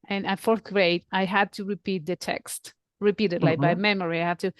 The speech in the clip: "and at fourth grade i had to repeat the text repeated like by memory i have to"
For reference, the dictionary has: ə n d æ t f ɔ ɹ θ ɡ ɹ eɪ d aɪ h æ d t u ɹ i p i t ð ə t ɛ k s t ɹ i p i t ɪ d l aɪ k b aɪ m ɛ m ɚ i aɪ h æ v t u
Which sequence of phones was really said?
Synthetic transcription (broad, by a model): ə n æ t f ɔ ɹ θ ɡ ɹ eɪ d aɪ h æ d t u ɹ i p i t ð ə t ɛ k s t ɹ i p i t ɪ d l aɪ k b aɪ m ɛ m ɚ i aɪ h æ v t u